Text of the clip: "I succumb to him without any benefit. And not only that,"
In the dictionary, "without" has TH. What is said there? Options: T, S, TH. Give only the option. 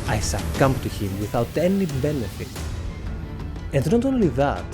TH